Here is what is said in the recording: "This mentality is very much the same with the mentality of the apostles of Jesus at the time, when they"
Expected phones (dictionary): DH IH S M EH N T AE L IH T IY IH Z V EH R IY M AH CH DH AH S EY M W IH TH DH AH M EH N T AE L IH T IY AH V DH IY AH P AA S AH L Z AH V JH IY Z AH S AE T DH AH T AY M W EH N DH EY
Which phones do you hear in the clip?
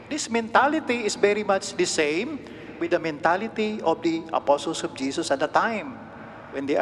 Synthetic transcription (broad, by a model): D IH S M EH N T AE L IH T IY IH S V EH R IY M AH CH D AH S EY M W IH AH M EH N T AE L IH T IY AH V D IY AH P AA S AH L S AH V JH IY S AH S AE T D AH T AY M W EH N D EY